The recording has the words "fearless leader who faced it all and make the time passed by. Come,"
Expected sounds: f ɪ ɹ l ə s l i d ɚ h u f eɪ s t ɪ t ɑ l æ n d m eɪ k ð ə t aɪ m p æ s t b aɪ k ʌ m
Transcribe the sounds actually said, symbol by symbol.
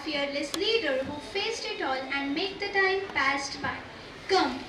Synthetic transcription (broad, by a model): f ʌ ɹ l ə s l i d ɚ h u f eɪ s t ɪ t ɑ l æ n d m eɪ k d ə t aɪ m p æ s t b aɪ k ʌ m